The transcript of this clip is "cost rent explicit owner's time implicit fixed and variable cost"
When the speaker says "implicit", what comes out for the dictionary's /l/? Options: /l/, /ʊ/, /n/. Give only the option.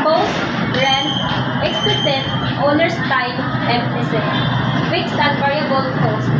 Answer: /n/